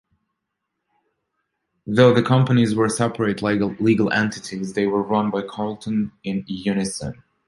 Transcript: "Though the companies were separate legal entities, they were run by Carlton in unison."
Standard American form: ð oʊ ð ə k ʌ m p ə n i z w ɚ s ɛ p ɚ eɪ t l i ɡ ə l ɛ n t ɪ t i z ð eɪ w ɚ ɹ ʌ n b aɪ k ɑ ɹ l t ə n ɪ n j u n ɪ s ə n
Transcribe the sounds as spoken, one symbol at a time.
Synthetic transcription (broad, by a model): ð oʊ ð ə k ʌ m p ə n i z w ɚ s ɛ p ɚ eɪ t l i ɡ ə l ɛ n t ɪ t i z ð eɪ w ɚ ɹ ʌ n b aɪ k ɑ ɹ l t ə n ɪ n j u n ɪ s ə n